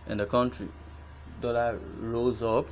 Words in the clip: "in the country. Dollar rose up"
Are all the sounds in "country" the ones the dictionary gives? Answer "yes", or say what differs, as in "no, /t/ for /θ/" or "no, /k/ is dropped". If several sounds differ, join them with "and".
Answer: yes